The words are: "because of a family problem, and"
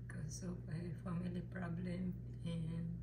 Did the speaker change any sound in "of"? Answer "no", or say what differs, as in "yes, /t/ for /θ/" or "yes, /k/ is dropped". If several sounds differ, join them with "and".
yes, /p/ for /v/